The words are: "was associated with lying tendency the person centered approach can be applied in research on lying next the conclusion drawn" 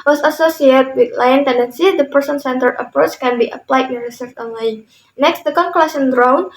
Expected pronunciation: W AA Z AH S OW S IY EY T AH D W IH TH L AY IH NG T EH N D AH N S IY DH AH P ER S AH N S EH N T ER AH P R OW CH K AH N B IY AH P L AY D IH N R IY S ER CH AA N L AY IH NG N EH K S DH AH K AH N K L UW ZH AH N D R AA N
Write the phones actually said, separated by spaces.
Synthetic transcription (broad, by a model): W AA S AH S OW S IY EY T W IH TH L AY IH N T EH N D AH N S IY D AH P ER S AH N S EH N T ER AH P R OW CH K AH N B IY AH P L AY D IH N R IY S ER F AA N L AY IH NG N EH K S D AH K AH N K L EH S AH N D R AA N